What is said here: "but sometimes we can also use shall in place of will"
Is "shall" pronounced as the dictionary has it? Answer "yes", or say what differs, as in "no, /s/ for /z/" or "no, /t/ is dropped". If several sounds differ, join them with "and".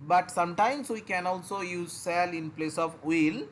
no, /s/ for /ʃ/